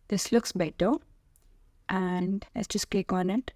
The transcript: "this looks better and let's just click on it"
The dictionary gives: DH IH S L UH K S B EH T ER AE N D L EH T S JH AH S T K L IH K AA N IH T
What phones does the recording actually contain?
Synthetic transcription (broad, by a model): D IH S L UH K S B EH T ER AE N D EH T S JH AH S T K EH K AA N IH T